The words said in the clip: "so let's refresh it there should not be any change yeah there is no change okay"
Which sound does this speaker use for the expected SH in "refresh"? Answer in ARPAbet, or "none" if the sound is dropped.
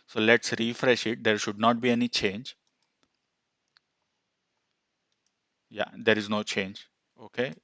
SH